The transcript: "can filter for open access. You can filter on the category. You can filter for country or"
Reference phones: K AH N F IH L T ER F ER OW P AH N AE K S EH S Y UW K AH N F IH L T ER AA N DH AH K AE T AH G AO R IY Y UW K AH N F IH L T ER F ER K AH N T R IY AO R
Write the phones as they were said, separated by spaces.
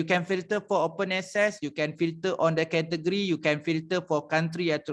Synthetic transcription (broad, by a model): K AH N F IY L T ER F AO OW P AH N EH S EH S Y UW K AH N F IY L T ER AA N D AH K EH T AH G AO R IY Y UW K AH N F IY L T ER F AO K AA N T R IY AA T